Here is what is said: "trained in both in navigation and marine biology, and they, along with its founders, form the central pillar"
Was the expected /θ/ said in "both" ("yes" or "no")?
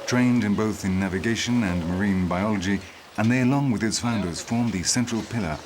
yes